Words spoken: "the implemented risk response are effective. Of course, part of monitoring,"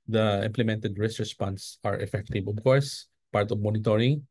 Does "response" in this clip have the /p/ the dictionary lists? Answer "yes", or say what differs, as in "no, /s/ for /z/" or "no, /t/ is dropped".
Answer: yes